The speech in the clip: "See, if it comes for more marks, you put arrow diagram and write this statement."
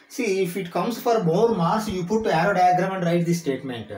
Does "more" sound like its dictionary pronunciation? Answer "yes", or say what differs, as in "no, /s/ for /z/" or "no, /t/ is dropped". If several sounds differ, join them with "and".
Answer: no, /l/ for /ɹ/